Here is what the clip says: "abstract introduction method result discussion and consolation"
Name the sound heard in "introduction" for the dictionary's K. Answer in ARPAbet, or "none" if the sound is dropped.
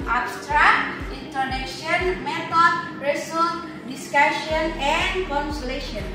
none